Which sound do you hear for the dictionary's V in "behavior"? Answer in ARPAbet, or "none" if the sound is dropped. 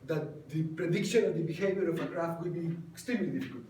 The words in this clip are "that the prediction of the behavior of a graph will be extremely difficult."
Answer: B